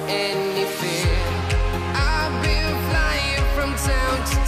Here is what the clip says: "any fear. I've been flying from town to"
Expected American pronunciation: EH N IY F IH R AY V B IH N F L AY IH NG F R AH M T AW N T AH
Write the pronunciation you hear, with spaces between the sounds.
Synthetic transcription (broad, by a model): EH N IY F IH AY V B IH L F L AY IH NG F R AH M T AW N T